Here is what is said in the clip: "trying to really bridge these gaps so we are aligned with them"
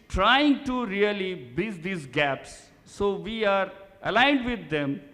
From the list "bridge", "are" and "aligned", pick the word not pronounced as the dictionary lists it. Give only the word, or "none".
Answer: bridge